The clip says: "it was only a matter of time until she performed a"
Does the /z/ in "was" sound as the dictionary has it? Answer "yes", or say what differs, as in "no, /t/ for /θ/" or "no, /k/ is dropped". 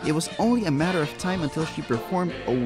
yes